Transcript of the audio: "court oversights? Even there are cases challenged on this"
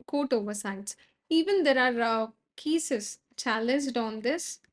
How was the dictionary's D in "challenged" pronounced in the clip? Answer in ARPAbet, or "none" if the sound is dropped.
D